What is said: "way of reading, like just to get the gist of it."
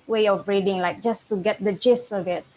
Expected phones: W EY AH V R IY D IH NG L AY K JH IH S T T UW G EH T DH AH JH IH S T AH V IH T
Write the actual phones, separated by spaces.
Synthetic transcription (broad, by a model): W EY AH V R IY D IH NG L AY K JH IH S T T UW G EH T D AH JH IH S AH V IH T